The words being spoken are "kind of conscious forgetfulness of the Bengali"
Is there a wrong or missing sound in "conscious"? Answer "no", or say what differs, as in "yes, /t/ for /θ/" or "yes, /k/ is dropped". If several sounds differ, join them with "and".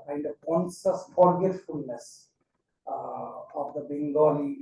yes, /s/ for /ʃ/